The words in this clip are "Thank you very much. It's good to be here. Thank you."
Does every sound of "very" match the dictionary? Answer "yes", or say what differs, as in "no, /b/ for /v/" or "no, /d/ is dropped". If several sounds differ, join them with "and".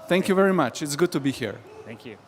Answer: yes